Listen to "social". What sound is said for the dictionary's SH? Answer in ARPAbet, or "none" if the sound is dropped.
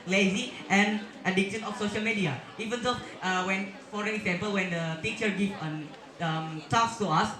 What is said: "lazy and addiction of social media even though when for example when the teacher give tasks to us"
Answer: SH